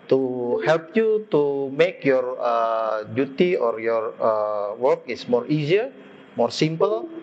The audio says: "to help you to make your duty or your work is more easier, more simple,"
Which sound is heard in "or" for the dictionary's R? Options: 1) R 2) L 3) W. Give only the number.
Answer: 1